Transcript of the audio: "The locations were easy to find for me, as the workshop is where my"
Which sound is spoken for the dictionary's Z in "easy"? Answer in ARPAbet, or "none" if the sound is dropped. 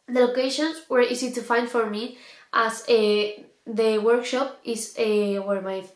S